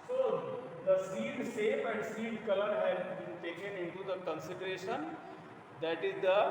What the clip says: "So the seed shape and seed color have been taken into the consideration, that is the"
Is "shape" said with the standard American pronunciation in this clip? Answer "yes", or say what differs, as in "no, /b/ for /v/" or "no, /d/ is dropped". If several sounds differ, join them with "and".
no, /s/ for /ʃ/